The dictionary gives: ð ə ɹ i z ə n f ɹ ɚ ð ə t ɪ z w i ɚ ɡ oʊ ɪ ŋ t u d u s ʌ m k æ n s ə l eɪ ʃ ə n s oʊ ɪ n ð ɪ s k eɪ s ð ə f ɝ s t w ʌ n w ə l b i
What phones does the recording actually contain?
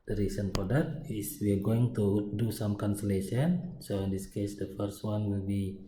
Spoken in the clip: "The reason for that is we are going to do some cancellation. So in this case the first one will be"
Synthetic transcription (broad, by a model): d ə ɹ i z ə n p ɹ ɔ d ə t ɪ s w i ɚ ɡ oʊ ɪ ŋ t u d u s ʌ m k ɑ n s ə l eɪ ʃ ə n s oʊ ɪ n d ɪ s k eɪ s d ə f ɝ s t w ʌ n w ə l b i